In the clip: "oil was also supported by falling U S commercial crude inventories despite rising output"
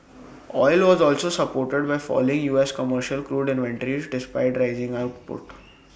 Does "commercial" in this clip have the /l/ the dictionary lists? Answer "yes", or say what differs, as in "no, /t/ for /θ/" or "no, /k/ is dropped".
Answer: yes